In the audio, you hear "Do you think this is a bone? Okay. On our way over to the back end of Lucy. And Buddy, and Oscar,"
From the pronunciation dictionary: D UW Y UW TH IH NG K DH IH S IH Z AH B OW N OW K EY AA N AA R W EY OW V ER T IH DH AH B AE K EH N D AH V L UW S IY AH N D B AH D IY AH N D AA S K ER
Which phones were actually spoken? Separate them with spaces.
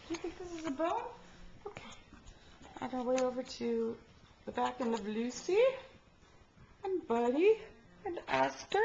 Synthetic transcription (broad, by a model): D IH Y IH TH IH NG K DH IH S IH Z AH B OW L OW K EY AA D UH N W EY OW V ER T IH DH AH B AE K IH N AH V L UW S IY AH N B AH D IY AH N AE S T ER